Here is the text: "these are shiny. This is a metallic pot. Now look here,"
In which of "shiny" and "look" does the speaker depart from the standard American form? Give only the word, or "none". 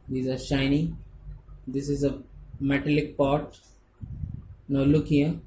none